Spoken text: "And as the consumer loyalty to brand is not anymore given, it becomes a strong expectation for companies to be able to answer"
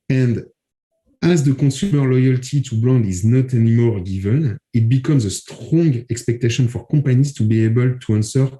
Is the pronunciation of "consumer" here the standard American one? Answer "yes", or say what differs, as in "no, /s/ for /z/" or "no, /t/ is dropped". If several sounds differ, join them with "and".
no, /n/ is dropped